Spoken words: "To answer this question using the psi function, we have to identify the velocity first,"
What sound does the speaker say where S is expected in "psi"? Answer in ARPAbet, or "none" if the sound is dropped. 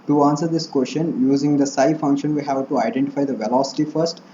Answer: S